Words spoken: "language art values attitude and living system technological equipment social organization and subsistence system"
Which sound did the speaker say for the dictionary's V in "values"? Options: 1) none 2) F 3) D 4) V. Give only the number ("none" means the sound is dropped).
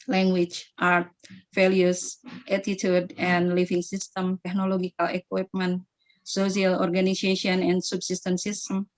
2